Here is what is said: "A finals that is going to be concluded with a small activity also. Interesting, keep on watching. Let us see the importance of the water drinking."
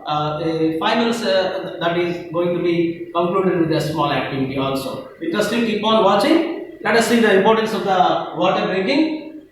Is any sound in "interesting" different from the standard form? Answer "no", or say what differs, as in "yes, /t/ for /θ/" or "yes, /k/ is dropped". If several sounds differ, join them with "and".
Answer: yes, /n/ is dropped